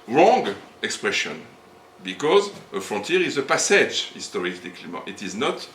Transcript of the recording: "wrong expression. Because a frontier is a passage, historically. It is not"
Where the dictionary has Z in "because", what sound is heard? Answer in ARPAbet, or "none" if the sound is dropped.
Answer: Z